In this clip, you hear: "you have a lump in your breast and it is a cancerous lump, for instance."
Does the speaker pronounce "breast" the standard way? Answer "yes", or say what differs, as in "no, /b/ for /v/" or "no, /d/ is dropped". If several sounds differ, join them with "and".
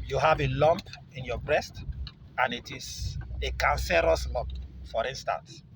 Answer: yes